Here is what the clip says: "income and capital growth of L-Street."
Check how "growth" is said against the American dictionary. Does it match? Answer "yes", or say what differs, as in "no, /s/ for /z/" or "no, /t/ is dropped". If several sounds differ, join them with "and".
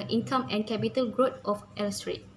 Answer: no, /t/ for /θ/